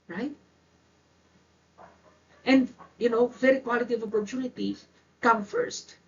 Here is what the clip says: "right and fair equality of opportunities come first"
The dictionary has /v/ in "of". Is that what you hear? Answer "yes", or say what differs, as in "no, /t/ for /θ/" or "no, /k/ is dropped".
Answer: yes